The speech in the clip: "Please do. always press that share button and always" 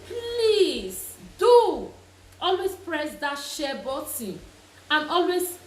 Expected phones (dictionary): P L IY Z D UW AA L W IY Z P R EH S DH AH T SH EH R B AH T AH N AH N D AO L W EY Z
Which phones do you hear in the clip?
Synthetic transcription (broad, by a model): P L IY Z D UW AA L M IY S P R EH S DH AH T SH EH B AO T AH AH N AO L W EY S